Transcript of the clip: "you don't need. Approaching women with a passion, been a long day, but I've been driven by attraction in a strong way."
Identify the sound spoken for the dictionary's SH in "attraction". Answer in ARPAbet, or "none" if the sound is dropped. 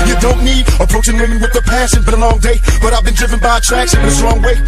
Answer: S